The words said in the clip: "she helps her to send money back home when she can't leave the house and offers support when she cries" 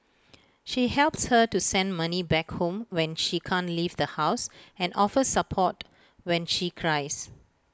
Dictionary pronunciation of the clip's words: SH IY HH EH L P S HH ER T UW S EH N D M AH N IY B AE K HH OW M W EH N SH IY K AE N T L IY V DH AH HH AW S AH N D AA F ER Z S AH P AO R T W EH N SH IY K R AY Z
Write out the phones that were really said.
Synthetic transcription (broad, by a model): SH IY HH EH L P S HH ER T UW S EH N D M AH N IY B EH K HH OW M W EH N SH IY K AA N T L IY V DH AH HH AW S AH N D AA F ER S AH P AO T W EH N SH IY K R AY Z